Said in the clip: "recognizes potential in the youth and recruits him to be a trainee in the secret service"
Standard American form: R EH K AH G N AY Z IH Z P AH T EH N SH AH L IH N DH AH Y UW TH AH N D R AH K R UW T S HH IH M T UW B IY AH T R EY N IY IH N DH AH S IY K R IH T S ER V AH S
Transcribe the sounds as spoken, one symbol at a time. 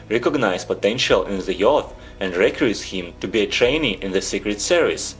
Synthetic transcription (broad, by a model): R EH K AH G N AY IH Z P AH T EH N SH AH L IH N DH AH Y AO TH AH N D R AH K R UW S HH IH M T UW B IY AH T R EY N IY IH N DH AH S IY K R IH T S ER V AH S